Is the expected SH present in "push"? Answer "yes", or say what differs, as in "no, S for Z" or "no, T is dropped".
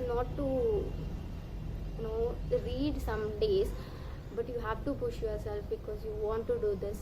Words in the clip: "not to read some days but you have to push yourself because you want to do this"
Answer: yes